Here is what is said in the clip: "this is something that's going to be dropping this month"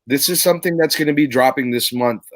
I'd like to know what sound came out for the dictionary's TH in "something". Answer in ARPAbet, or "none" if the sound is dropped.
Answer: TH